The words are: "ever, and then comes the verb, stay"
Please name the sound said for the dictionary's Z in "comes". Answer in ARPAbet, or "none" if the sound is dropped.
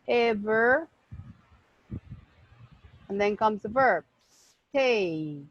Z